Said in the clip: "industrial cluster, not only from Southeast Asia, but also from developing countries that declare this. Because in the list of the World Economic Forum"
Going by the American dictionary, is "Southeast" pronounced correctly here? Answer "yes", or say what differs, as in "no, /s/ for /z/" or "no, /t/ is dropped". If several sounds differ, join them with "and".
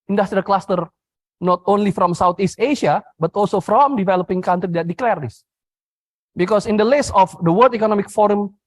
no, /t/ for /θ/